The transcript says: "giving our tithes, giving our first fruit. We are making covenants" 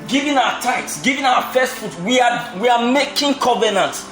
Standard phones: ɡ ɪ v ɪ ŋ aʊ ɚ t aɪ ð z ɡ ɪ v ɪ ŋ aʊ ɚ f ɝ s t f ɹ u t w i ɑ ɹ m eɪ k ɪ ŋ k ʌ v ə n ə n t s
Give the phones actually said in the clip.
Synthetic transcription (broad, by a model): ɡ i v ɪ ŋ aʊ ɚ t aɪ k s ɡ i v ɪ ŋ aʊ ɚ f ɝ s t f u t w i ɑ w m eɪ k ɪ ŋ k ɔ v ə n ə n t